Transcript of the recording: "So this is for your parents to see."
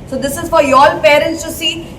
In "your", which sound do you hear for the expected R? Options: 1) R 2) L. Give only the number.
2